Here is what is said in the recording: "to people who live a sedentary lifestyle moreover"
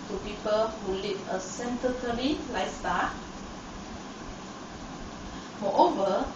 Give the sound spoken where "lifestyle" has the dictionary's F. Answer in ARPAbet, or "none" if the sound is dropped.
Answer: none